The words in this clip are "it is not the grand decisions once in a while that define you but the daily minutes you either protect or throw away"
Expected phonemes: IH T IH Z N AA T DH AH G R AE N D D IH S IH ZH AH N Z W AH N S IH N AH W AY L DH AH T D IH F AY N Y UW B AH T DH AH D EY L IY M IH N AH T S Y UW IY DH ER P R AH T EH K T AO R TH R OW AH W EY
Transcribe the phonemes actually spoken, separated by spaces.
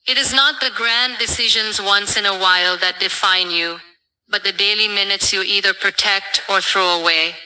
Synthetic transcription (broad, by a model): IH T IH Z N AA T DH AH G R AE N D D IH S IH ZH AH N Z W AH N S IH N AH W AY L DH AH T D IH F AY N Y UW B AH T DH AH D EY L IY M IH N AH T S Y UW IY DH ER P R AH T EH K T AO R TH R OW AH W EY